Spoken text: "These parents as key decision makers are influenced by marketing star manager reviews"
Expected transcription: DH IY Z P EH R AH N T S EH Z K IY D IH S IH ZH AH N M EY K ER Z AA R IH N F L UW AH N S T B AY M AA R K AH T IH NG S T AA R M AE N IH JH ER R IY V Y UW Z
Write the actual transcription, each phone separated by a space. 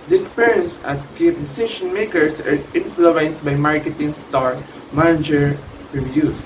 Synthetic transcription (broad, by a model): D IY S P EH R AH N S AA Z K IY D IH S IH SH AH N M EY K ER S AA R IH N F L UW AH N S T B AY M AA R K AH T IH NG S T AA R M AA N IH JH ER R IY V Y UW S